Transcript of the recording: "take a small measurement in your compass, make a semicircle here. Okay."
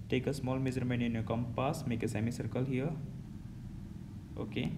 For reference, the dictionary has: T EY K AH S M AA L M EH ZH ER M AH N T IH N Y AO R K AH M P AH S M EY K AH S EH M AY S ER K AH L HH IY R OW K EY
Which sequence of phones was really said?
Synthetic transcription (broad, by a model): T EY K AH S M AA L M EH Z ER M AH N IH N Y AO K AH M P AH S M EY K AH S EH M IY S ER K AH L HH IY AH OW K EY